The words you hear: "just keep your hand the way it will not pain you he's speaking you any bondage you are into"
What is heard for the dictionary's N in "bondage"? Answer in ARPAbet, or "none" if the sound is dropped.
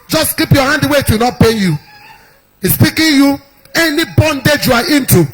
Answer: N